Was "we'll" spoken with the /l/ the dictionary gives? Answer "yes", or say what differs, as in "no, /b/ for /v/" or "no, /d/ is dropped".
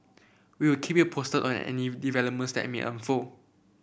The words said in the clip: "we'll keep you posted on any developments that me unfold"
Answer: no, /w/ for /l/